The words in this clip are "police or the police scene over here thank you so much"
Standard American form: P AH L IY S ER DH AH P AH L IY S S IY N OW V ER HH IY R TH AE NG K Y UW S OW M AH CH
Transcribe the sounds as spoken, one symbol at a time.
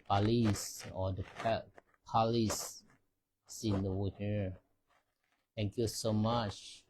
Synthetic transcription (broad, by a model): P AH L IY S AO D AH P AH L IY S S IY N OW ER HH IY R T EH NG K Y UW S OW M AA CH